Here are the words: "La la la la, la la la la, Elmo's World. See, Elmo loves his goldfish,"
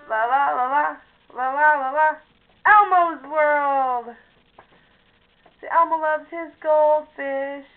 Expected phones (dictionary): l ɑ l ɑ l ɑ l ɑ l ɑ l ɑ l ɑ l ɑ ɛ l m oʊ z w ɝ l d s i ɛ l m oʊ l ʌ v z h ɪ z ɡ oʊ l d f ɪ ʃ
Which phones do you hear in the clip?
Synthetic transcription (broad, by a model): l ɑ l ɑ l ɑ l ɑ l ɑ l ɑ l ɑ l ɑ ɛ l m oʊ z w ɝ l d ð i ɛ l m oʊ l ʌ v z h ɪ z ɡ oʊ l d f ɪ ʃ